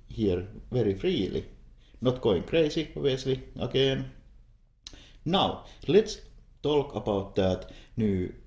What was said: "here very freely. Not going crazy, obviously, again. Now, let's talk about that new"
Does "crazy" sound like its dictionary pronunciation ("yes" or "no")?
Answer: no